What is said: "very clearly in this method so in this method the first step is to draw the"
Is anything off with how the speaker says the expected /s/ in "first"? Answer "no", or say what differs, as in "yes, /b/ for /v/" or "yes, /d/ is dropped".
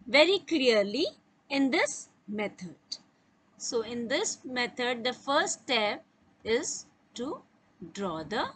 yes, /s/ is dropped